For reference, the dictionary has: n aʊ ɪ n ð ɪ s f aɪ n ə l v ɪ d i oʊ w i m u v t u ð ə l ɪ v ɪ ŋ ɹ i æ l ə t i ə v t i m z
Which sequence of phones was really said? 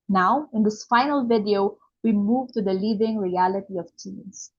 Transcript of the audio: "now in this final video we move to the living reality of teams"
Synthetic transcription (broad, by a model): n aʊ ɪ n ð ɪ s f aɪ n ə l v ɪ d i oʊ w i m u v t u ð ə l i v ɪ ŋ ɹ i æ l ə t i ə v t i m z